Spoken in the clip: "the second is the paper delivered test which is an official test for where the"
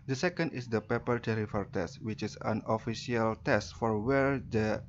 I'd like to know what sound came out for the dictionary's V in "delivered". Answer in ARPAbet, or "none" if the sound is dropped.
F